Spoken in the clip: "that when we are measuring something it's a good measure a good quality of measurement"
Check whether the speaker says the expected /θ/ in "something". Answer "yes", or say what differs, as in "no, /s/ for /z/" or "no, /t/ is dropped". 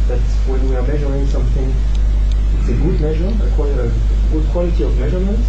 yes